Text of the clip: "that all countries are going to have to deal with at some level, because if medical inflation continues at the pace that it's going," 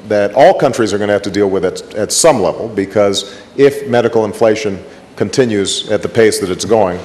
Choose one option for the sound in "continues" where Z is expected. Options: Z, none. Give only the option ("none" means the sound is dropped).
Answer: Z